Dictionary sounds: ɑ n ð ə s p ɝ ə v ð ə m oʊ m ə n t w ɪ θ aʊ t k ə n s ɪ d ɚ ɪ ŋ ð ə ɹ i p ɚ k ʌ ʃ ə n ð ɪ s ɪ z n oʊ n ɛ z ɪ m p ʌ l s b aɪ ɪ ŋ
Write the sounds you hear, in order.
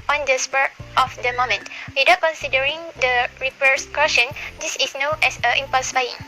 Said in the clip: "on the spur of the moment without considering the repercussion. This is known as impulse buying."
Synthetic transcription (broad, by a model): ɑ n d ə s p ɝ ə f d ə m oʊ m ə n t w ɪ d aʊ k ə n s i d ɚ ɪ ŋ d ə ɹ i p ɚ k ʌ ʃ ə n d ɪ s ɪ s n oʊ n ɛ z ɪ m p ʌ l s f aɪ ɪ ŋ